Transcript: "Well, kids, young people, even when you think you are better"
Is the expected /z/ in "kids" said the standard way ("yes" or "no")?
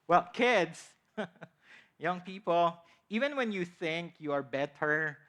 no